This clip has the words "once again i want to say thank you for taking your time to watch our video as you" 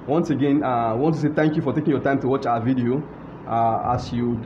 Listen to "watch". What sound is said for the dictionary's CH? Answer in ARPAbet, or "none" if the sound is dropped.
CH